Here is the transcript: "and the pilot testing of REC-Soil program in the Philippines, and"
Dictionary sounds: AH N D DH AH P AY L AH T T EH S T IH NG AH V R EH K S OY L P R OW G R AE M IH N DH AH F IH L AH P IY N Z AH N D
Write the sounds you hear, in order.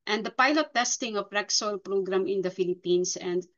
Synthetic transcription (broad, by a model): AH N D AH P AY L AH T T EH S T IH NG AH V R EH K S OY L P R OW G R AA M IH N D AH F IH L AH P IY N S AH N D